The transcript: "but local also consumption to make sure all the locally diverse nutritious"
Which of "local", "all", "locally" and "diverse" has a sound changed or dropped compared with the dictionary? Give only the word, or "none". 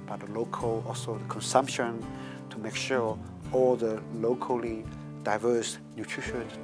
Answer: none